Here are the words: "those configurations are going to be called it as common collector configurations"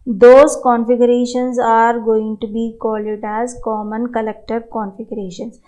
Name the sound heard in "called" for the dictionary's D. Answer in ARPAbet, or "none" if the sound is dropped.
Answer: none